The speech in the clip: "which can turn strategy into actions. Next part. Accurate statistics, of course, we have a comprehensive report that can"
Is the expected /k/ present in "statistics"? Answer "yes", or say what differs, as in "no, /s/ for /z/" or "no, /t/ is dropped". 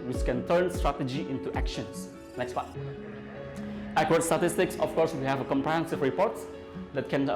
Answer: yes